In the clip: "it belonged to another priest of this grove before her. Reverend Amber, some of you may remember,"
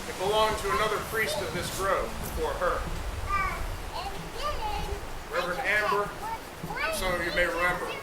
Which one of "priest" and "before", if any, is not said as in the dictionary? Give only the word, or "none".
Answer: none